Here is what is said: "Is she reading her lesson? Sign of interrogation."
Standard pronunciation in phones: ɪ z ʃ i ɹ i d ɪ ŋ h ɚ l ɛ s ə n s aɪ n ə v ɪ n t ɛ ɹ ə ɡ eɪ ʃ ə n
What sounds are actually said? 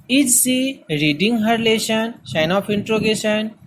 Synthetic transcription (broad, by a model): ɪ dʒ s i ɹ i d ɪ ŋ h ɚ l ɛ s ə n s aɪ n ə p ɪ n t ɹ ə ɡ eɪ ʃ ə n